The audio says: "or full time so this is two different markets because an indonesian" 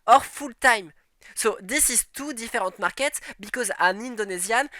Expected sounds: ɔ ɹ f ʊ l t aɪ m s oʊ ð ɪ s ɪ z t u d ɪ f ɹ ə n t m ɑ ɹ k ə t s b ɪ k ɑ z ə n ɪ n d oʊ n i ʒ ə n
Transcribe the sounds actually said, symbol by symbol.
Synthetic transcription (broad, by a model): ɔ ɹ f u l t aɪ m s oʊ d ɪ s ɪ z t u d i f ɹ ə t m ɑ ɹ k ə t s b ɪ k ɑ z ə n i n d oʊ n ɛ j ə n